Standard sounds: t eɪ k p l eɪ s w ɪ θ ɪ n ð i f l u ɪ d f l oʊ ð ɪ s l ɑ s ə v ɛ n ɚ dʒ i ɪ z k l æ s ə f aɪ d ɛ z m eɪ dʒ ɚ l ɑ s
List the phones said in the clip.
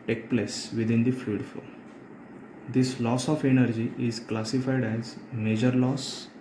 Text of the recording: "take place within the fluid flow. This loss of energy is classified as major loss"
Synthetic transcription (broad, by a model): t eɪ k p l eɪ s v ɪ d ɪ n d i f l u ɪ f oʊ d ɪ s l ɑ s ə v ɛ n ɚ dʒ i ɪ z k l æ s ə f aɪ d ɛ z m eɪ dʒ ɚ l ɑ s